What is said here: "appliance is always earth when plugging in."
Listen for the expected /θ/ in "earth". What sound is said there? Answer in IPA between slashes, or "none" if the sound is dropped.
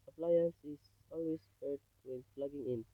/t/